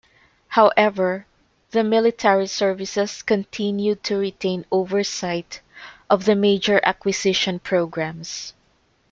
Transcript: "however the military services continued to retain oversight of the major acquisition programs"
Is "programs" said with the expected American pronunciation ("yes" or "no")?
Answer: no